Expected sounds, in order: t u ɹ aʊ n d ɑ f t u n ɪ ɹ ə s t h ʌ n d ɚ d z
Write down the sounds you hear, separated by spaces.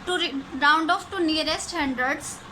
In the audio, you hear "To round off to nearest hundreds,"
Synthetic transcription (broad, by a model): t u ɹ aʊ n d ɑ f t u n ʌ ɹ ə s t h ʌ n d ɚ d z